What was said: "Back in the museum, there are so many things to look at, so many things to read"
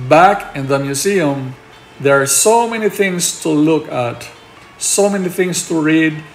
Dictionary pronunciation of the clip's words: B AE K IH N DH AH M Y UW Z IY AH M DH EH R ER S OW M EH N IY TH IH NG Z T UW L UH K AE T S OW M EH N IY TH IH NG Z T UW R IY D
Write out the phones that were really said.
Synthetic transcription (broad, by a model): B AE K IH N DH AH M Y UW S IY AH M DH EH R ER S OW M EH N IY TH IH NG S T UW L UH K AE T S OW M EH N IY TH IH NG S T UW R IY D